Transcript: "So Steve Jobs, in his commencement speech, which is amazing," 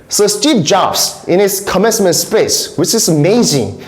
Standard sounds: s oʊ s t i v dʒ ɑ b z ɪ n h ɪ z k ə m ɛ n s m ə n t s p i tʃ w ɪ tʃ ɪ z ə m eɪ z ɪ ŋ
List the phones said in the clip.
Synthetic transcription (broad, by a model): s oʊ s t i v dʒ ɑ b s ɪ n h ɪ s k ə m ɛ n s m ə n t s p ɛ s w ɪ tʃ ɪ s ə m eɪ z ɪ ŋ